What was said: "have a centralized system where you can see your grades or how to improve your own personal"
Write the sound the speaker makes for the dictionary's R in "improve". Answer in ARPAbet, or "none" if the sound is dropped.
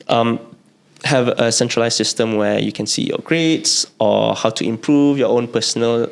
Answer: R